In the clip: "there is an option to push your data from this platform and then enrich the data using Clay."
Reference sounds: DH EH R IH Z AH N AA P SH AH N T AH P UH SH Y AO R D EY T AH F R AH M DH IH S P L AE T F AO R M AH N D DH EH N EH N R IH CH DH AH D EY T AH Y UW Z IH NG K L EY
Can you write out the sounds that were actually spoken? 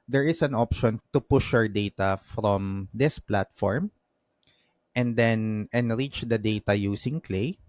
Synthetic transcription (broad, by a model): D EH R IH S AH N AA P SH AH N T AH P UH SH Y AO R D EY T AH F R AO M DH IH S P L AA T F AO R M AH N D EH N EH N R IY CH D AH D EY T AH Y UW S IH NG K L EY